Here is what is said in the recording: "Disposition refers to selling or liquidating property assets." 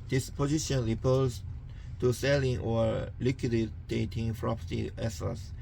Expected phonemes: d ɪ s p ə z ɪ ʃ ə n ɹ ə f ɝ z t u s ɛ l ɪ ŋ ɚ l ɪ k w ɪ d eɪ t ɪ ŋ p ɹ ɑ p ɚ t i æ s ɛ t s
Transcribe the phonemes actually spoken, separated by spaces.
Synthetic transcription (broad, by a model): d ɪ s p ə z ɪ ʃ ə n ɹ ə p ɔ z t u s ɛ l ɪ ŋ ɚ l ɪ k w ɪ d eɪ t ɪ ŋ f ɹ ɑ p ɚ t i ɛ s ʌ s